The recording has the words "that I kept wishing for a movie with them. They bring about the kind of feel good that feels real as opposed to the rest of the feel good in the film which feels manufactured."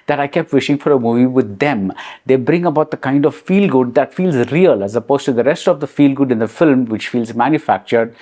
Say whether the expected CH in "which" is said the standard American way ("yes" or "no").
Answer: yes